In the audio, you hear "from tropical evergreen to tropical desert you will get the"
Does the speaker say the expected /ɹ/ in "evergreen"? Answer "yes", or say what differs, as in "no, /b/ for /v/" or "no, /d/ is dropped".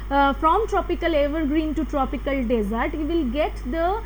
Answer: yes